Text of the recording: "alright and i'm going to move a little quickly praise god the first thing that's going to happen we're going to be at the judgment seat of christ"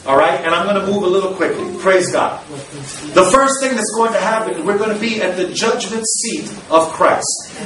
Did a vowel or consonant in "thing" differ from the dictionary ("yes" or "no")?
no